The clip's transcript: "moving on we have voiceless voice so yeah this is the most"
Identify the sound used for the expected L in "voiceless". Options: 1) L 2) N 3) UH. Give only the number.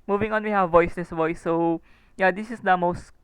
2